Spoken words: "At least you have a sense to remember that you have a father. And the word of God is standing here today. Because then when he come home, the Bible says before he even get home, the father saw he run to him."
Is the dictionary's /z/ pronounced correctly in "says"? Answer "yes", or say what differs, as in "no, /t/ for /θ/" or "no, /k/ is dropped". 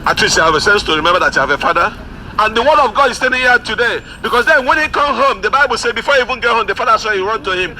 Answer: no, /z/ is dropped